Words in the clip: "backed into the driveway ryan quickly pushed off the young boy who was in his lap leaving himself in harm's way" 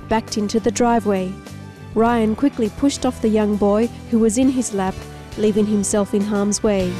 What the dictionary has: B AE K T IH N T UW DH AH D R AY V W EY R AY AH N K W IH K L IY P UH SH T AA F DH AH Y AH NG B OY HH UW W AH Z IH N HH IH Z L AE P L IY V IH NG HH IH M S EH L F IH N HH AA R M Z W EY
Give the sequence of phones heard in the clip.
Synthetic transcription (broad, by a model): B AE K T IH N T UW DH AH D R AY V W EY R AY AH N K W IH K L IY P UH SH T AA F DH AH Y AH NG B OY HH UW W AH Z IH N IH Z L AE P L IY V IH NG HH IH M S EH L F IH N HH AA R M Z W EY